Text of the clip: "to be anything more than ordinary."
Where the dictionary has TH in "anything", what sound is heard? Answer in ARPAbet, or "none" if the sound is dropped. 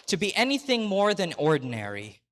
TH